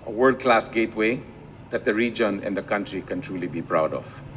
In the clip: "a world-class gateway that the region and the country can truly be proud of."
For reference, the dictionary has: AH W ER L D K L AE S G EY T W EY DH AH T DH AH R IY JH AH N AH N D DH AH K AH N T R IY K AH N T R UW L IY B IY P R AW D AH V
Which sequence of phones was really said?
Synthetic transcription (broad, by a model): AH W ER D K L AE S G EY T W EY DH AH T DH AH R IY JH AH N AH N D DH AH K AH N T R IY K AH N T R UW L IY B IY P R AW D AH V